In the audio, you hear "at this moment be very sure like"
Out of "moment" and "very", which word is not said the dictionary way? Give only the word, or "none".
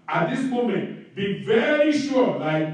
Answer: none